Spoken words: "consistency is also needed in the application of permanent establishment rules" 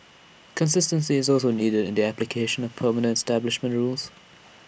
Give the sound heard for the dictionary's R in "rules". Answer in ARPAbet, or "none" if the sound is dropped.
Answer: R